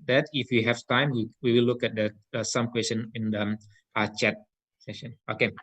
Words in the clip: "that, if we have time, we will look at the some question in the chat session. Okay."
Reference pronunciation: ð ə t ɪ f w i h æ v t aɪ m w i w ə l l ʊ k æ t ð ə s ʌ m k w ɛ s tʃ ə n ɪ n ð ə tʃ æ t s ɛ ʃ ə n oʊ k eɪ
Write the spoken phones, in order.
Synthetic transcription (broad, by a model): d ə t ɪ f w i h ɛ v t aɪ m w i w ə w l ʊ k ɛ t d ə s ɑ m k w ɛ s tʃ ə n ɪ n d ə tʃ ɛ t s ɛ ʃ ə n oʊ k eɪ